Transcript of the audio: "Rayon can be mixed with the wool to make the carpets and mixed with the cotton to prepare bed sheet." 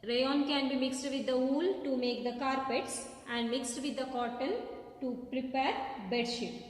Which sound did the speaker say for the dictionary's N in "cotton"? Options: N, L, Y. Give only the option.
L